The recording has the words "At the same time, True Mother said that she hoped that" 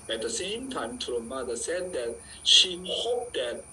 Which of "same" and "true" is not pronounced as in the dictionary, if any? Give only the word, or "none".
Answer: true